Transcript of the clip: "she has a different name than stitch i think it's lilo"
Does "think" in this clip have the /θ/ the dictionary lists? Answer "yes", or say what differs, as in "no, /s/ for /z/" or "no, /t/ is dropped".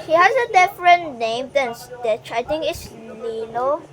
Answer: no, /t/ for /θ/